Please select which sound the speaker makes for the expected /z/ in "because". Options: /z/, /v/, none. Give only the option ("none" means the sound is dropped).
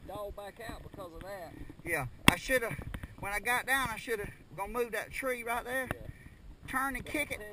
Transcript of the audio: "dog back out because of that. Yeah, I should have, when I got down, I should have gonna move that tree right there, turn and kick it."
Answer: /z/